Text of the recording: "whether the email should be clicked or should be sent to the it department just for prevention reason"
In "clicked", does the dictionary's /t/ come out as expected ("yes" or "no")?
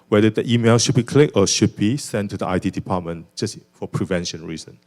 no